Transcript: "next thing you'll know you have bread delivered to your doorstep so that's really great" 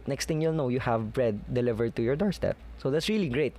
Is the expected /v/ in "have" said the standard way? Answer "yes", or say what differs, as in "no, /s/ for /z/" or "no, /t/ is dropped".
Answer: yes